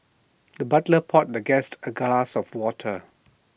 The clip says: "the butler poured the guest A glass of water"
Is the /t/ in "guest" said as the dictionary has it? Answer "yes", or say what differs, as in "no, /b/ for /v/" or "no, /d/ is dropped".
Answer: yes